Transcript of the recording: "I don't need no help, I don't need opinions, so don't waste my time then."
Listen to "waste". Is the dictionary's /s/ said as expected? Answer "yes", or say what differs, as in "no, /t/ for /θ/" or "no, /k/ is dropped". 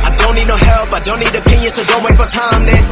no, /s/ is dropped